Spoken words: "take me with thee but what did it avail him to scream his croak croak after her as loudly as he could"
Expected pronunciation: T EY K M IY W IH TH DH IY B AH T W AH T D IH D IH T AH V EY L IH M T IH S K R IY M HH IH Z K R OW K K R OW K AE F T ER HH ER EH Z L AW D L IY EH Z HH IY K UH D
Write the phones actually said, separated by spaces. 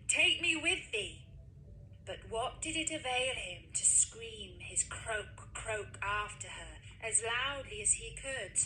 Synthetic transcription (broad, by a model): T EY K M IY W IH DH IY B AH T W AH T D IH D IH T AH V EY L IH M T IH S K R IY M IH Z K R OW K K R OW K AE F T ER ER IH Z L AW D L IY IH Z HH IY K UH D